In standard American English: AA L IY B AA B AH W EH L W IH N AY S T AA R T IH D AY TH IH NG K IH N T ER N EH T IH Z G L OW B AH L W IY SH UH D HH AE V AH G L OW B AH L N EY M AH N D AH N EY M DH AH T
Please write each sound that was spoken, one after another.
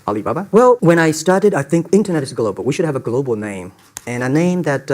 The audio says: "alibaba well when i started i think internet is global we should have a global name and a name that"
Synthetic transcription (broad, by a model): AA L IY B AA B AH W EH L W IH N AY S T AA R T IH D AY TH IH NG K IH N T ER N EH T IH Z G L OW B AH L W IY SH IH D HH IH V AH G L OW B L N EY M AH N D AH N EY M DH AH T